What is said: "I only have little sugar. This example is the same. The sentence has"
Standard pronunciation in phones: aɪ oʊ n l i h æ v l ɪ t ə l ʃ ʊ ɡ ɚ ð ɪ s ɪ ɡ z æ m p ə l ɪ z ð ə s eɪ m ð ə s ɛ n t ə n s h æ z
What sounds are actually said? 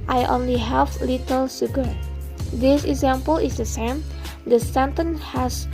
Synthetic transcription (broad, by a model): aɪ oʊ n l i h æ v l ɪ t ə l s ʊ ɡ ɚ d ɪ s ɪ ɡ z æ m p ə l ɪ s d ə s eɪ m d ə s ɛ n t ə n h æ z